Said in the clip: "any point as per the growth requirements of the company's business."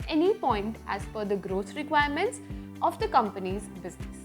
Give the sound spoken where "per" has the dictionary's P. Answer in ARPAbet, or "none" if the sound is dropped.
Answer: F